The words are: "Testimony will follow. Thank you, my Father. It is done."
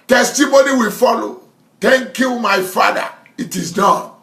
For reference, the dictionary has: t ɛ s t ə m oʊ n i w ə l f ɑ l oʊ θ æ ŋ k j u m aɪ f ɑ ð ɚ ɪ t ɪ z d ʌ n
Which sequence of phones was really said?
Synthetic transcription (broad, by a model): t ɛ s t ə m oʊ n i w ə l f ɑ l oʊ t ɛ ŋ k j u m aɪ f ɑ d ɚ ɪ t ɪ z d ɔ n